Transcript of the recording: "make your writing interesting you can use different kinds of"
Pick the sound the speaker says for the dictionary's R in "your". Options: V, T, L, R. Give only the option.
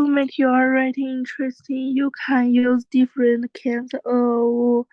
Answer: L